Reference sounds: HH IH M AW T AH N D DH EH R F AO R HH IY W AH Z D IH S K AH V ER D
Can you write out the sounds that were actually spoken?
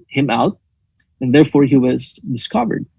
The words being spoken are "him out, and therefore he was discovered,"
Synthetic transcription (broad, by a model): HH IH M AW T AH N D DH EH R F AO R HH IY W AH Z D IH S K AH V ER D